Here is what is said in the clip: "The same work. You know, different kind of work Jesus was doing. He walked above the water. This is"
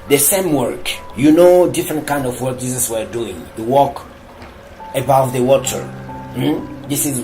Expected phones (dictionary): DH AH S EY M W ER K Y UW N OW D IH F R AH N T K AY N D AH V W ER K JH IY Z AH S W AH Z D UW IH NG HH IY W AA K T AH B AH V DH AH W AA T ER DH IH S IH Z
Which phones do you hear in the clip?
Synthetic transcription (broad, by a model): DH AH S EY M W ER K Y UW N OW D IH F R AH N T K AY N D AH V W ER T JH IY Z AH S W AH D UW IH NG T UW W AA K AH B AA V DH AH W AA T ER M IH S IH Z